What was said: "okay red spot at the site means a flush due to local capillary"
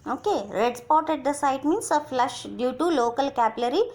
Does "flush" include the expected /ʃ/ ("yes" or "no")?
yes